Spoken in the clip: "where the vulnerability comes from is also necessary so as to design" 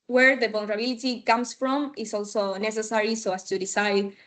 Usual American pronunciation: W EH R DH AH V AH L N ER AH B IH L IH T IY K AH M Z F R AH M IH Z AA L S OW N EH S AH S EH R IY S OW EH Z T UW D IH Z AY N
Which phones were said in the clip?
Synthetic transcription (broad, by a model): W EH R DH AH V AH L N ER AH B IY L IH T IY K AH M S F R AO M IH S AA L S OW N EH S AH S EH R IY S OW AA S T UW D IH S AY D